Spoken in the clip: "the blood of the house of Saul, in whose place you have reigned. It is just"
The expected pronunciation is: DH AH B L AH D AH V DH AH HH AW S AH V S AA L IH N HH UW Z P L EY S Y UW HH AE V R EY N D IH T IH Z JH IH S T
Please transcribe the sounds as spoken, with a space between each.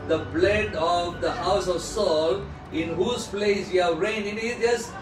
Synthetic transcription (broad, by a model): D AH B L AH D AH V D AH HH AW S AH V S AA L IH N HH UW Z P L EY S Y UW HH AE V R EY N IH T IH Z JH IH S